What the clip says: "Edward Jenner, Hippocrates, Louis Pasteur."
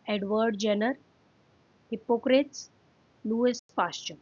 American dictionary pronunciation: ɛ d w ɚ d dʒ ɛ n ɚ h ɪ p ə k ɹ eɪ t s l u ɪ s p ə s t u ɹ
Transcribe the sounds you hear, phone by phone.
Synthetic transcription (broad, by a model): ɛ d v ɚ d dʒ ɛ n ɚ h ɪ p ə k ɹ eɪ t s l u ɪ s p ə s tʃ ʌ